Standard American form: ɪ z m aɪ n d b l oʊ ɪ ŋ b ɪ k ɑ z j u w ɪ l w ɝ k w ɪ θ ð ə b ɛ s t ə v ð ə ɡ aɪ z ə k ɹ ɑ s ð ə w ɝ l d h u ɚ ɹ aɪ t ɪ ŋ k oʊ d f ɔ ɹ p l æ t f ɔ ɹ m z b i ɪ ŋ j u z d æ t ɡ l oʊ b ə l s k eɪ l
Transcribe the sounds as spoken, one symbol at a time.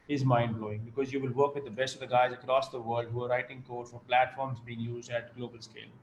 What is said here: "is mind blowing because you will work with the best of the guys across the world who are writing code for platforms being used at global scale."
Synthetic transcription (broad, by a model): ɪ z m aɪ n d b l oʊ ɪ ŋ b ɪ k ɑ z j u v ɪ l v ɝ k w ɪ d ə b ɛ s t ə v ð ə ɡ aɪ z ə k ɹ ɑ s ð ə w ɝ l d h u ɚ ɹ aɪ t ɪ ŋ k oʊ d f ɔ ɹ p l æ t f ɔ ɹ m z b i ɪ ŋ j u z d æ t ɡ l oʊ b ə l s k eɪ l